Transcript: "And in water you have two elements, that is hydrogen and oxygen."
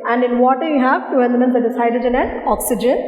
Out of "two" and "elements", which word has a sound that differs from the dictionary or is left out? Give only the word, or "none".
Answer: elements